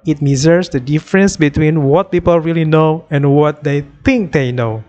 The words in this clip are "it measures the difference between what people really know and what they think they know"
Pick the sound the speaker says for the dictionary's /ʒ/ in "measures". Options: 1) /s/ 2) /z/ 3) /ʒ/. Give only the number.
2